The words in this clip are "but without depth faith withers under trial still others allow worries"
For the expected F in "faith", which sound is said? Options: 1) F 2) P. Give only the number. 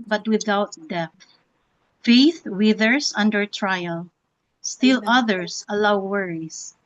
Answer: 1